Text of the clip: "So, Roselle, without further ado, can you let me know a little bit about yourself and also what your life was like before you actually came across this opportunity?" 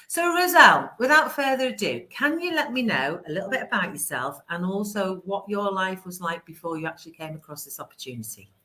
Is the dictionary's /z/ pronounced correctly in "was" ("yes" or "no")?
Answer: yes